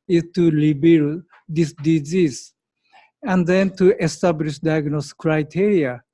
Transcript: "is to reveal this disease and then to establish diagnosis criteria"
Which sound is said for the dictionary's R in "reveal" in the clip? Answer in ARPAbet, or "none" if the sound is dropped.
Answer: L